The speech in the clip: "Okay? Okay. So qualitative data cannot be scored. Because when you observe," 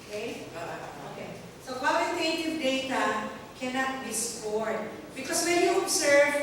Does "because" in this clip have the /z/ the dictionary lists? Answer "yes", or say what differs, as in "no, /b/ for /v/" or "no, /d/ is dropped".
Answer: no, /s/ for /z/